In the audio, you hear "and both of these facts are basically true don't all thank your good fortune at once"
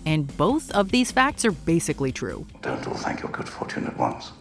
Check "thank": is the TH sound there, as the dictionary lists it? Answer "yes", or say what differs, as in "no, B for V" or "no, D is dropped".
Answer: yes